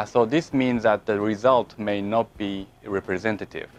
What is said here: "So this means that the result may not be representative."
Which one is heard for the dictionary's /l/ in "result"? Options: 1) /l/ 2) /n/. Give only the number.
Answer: 1